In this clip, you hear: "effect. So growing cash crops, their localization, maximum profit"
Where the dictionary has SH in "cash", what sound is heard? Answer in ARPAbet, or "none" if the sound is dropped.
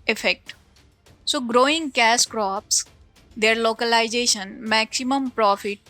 S